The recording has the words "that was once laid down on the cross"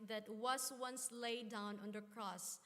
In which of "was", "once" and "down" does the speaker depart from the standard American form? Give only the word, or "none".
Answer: was